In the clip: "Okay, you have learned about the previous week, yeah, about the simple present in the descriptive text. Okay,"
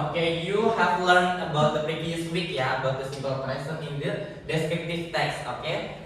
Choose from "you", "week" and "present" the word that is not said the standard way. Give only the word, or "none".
present